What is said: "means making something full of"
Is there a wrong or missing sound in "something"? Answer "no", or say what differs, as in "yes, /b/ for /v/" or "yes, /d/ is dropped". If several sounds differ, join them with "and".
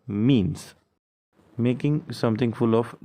yes, /t/ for /θ/